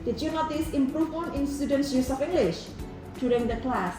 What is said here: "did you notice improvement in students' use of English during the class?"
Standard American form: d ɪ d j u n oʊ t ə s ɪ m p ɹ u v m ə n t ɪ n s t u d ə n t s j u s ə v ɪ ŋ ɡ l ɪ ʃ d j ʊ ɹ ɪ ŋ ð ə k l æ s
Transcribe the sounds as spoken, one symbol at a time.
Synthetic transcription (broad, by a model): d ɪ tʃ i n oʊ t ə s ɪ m p ɹ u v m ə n ɪ n s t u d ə n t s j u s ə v ɪ ŋ ɡ l ɪ ʃ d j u ɹ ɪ ŋ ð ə k l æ s